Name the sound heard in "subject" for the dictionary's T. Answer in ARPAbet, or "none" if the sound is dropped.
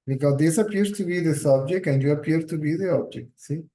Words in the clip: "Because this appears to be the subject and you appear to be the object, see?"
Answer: none